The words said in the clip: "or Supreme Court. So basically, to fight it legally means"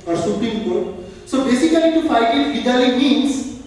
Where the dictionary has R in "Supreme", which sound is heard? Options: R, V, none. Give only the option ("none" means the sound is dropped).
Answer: none